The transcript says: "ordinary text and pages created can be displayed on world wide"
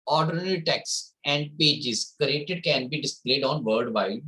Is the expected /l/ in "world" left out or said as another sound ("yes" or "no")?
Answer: yes